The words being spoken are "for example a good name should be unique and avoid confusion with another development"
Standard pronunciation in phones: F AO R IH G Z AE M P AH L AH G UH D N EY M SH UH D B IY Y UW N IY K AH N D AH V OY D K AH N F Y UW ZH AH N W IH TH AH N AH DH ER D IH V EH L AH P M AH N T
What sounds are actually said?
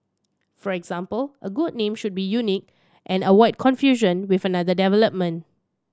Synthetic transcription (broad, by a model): F AO R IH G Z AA M P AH L AH G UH D N EY M SH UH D B IY Y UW N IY K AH N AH W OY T K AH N F Y UW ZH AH N W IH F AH N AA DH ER D IH V EH L AH P M AH N T